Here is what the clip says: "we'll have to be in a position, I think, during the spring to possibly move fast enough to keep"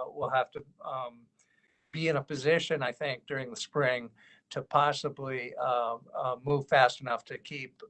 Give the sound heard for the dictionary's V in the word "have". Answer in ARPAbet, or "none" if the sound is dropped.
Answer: F